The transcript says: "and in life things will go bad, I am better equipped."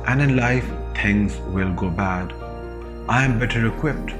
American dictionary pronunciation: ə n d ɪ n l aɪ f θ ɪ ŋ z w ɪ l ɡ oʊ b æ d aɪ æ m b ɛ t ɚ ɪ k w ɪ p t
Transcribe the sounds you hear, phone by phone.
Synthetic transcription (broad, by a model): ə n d ɪ n l aɪ f t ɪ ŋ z w ɪ l ɡ oʊ b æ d aɪ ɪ m b ɛ t ɚ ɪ k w ɪ p t